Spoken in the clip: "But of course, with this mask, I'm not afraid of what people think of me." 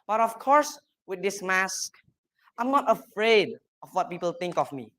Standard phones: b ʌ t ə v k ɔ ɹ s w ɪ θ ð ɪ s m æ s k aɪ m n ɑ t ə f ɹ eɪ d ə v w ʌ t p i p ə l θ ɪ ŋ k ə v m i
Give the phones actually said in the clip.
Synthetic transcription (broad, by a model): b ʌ t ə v k ɔ ɹ s w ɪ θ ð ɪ s m æ s k aɪ m n ɑ t ə f ɹ eɪ d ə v w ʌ t p i p ə l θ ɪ ŋ k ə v m i